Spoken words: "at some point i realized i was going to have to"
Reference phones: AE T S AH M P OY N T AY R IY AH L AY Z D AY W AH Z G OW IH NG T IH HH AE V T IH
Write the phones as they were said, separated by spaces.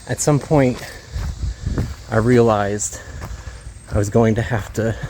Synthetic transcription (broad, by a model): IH T S AH M P OY N T AY R IY AH L AY Z D AY W AH Z G OW IH NG T IH HH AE F T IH